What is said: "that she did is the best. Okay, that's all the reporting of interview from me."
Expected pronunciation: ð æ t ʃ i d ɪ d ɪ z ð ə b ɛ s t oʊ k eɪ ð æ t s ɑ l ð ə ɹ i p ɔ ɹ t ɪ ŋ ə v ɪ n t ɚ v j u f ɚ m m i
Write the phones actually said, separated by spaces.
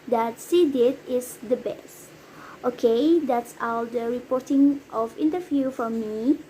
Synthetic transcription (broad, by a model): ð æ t s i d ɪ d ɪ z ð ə b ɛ s t oʊ k eɪ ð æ t s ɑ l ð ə ɹ i p ɔ ɹ t ɪ ŋ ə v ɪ n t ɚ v j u f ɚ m m i